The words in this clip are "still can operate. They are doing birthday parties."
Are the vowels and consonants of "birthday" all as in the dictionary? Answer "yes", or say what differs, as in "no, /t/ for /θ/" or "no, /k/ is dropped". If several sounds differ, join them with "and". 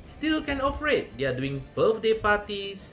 no, /f/ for /θ/